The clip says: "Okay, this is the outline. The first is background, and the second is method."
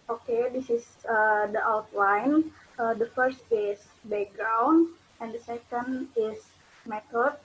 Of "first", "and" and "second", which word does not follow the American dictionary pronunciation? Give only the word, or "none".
none